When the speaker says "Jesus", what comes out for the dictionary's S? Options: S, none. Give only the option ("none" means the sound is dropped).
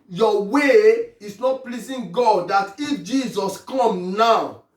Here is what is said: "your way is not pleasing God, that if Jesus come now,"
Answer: S